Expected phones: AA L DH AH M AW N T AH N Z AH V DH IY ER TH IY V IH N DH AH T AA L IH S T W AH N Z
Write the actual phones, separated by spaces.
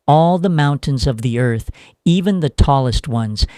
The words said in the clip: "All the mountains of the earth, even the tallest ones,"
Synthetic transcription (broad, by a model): AA L DH AH M AW N T AH N Z AH V DH IY ER TH IY V IH N DH AH T AA L IH S T W AH N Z